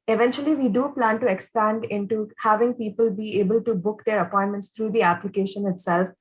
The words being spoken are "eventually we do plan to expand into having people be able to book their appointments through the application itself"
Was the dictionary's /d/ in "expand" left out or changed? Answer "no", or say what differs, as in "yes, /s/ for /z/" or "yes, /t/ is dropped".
no